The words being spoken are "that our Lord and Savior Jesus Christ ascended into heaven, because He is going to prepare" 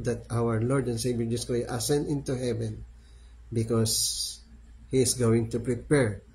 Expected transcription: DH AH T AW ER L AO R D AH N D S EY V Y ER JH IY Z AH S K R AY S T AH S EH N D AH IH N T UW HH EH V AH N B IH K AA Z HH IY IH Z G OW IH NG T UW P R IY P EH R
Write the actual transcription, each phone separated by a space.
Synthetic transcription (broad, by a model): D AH T AW ER L AO R D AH N S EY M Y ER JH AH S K AO T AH S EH N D IH N T UW HH EH V AH N B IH K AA S HH IY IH S G OW IH NG T UW P R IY P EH R